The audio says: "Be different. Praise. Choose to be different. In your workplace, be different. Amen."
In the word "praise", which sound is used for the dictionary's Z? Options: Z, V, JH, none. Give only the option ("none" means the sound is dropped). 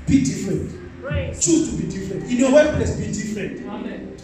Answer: none